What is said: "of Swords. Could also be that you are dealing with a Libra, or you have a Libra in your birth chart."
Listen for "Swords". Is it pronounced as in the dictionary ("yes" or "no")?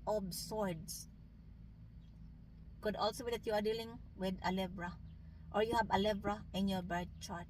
no